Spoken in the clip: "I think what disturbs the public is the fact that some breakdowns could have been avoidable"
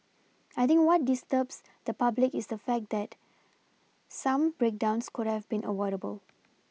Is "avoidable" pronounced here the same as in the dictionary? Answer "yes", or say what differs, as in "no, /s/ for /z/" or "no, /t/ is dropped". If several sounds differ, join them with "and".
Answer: no, /w/ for /v/